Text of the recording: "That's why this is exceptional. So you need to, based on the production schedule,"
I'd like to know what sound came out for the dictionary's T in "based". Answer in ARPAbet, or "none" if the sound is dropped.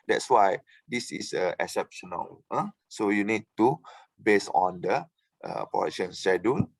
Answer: none